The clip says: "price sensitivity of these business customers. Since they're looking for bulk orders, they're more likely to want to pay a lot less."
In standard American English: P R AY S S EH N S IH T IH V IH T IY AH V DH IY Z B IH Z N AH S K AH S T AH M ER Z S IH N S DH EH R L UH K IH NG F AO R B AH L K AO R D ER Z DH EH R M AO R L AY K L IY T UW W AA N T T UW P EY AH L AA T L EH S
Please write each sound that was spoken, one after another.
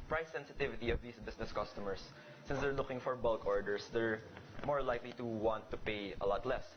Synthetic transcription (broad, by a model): P R AY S S EH N S IH T IH V IH T IY AH V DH IY S B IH S N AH S K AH S T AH M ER S IH N S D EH R L UH K IH NG F AO R B AH L K AO R D ER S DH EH R M AO R L AY K L IY T UW W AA N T T UW P EY AH L AA T L EH S